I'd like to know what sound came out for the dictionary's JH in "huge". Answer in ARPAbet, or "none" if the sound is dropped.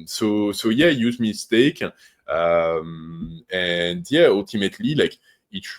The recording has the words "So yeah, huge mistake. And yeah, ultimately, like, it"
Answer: Z